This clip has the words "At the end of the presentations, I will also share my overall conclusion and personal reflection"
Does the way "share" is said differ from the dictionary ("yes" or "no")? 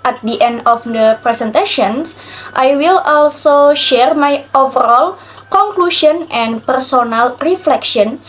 no